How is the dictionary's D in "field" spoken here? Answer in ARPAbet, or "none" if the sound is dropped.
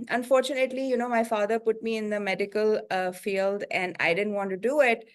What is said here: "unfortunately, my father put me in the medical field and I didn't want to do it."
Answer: D